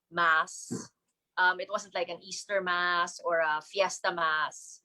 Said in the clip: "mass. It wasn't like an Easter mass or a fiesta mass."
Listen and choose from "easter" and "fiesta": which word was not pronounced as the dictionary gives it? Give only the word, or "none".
none